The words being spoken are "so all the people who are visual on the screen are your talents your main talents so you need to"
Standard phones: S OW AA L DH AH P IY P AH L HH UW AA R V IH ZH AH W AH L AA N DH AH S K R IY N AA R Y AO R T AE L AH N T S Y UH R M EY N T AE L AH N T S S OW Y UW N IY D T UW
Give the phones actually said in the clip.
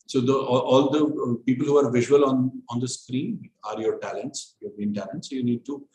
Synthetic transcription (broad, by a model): S OW AA L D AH P IY P AH L HH UW AA R V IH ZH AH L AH N AA N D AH S K R IY N AA R Y AO R T AE L AH N T S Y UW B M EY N T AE L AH N T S S OW Y UW N IY D T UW